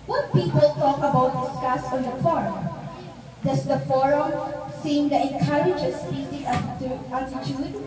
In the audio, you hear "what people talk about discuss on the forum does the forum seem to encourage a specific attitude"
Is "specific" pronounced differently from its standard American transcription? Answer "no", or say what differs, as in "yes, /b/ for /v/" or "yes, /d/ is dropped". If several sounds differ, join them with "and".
yes, /f/ is dropped